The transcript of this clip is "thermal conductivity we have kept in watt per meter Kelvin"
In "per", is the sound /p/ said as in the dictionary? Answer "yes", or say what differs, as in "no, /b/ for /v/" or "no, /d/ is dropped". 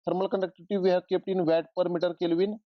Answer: yes